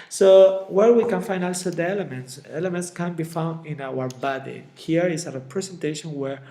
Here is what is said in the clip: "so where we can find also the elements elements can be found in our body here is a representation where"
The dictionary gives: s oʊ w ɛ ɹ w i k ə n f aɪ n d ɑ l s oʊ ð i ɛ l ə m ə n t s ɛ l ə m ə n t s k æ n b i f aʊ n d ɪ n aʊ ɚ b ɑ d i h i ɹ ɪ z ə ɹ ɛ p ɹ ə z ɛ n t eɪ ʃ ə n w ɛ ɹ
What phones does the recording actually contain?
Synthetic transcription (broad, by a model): s oʊ w ɛ ɹ w i k ə n f aɪ n d ɑ l s oʊ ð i ɛ l ə m ə n t s ɛ l ə m ə n t s k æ n b i f aʊ n d ɪ n aʊ ɚ b ɑ d i h i ɹ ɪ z ə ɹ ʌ p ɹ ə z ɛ n t eɪ ʃ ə n w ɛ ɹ